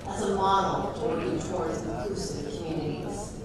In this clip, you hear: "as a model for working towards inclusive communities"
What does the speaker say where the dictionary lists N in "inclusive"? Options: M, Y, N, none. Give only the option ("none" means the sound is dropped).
none